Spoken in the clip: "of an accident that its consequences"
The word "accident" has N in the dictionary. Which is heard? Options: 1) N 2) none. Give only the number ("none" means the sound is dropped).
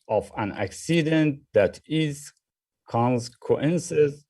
1